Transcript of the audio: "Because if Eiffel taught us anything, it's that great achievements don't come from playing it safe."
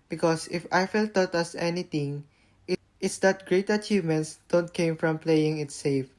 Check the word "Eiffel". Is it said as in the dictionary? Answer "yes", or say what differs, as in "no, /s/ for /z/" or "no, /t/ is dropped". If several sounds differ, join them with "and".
yes